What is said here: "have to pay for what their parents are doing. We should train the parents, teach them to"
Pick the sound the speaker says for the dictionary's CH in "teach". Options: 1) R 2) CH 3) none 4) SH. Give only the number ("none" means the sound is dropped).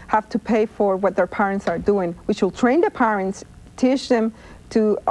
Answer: 4